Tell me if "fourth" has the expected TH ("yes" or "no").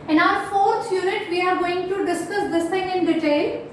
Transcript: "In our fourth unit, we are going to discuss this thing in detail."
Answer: no